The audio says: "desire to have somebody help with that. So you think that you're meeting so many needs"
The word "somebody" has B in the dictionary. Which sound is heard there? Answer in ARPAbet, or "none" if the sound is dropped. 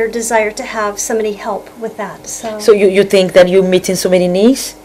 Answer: none